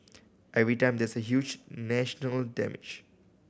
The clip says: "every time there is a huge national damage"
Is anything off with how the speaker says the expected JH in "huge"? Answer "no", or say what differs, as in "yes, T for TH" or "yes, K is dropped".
no